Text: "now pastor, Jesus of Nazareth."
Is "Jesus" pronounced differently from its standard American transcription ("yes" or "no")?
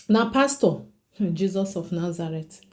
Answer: no